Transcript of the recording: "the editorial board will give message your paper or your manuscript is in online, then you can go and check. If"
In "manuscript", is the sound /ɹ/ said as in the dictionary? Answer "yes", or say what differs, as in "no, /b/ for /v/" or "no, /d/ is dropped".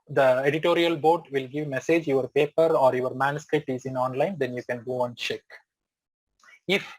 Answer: yes